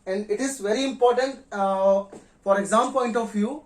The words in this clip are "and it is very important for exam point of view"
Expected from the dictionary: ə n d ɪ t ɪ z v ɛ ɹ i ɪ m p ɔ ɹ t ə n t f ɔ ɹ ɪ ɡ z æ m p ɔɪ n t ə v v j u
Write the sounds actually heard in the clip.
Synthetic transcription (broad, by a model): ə n d ɪ t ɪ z v ɛ ɹ i ɪ m p ɔ ɹ t ə n t f ɔ ɹ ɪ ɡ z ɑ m p ɔɪ n t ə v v j u